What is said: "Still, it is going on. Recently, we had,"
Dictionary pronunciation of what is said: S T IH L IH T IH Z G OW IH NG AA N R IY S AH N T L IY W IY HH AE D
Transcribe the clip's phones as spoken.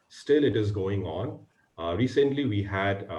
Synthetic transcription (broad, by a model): S T IH L IH T IH Z G OW IH NG AA N R IY S AH N T L IY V IY HH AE D